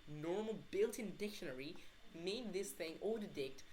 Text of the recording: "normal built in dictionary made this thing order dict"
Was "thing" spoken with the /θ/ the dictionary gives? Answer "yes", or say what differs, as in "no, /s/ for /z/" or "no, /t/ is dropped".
yes